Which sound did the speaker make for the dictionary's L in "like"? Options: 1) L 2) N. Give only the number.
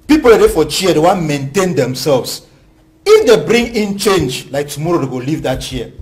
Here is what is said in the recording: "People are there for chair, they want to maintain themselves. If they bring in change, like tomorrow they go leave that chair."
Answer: 1